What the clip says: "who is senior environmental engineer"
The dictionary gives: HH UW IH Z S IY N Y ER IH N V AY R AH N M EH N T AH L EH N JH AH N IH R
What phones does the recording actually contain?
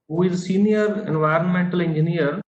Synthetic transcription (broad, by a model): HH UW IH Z S IY N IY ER IH N V AY R AH N M EH N T AH L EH N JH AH N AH R